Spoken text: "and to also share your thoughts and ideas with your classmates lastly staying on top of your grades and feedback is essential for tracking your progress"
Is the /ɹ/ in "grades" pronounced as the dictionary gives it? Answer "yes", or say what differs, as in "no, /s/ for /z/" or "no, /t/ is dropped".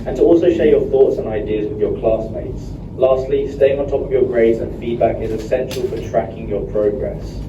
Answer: yes